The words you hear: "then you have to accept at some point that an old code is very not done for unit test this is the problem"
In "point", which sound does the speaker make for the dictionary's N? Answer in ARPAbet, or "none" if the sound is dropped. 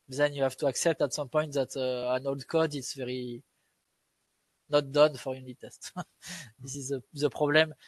N